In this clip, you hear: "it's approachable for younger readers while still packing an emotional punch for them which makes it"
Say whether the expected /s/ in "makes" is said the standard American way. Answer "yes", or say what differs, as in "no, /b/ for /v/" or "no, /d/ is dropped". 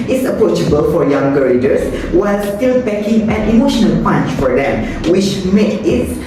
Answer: no, /s/ is dropped